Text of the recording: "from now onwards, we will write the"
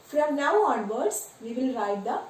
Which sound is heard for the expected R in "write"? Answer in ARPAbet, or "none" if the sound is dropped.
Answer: R